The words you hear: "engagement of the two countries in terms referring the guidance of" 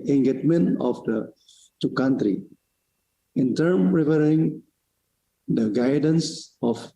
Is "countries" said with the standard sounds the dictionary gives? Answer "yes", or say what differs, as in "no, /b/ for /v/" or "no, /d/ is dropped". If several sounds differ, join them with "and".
no, /z/ is dropped